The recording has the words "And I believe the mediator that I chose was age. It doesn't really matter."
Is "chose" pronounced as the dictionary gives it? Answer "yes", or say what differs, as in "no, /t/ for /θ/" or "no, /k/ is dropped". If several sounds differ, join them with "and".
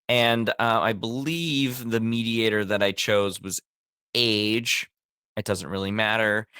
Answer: yes